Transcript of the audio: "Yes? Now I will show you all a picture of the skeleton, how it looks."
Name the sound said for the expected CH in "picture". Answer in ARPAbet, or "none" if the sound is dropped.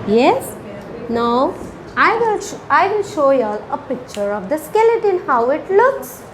CH